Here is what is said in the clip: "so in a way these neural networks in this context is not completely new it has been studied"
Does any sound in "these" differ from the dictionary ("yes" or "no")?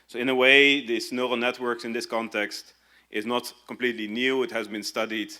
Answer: yes